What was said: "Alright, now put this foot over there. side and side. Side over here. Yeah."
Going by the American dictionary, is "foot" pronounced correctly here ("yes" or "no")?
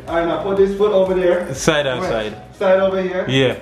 yes